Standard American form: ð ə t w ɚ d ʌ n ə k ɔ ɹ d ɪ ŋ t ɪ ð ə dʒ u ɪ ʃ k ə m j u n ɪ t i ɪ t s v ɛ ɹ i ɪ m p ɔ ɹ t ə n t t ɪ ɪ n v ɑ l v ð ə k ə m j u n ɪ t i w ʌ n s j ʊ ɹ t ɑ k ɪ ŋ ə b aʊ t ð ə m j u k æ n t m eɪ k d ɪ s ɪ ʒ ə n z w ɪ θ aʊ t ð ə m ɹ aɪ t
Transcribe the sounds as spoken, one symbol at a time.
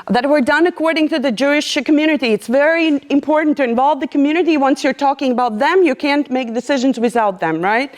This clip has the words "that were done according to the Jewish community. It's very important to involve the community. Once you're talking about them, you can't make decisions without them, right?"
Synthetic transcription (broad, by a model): ð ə t w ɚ d ʌ n ə k ɔ ɹ d ɪ ŋ t ɪ ð ə dʒ u ɪ ʃ k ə m j u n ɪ t i ɪ t s v ɛ ɹ i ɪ m p ɔ ɹ t n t t ɪ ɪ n v ɑ l v ð ə k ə m j u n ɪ t i w ʌ n s j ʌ ɹ t ɑ k ɪ ŋ ə b aʊ t ð ə m j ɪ k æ n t m eɪ k d ɪ s ɪ ʒ ə n z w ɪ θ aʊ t ð ə m ɹ aɪ t